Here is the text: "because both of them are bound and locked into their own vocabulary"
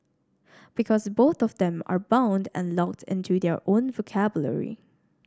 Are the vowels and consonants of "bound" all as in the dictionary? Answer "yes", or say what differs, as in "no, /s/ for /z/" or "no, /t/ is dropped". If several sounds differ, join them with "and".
yes